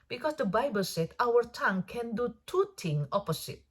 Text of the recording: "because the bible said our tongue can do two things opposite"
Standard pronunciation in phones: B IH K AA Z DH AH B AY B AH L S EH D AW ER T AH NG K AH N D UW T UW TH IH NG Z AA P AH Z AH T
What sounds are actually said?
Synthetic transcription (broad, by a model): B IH K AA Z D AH B AY B AH L S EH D AW ER T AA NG K AH N D UW T UW T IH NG AA P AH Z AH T